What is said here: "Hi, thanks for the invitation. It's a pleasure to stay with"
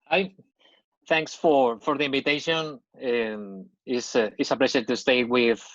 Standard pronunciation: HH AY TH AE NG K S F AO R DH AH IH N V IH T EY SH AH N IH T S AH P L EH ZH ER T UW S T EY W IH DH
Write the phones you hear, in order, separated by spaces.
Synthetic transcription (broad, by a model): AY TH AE NG K S F AO R DH AH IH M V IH T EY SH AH N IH S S AH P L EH SH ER T UW S T EY W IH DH